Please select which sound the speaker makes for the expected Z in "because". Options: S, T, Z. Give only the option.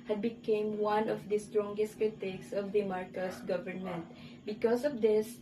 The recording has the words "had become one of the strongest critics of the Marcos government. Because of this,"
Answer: S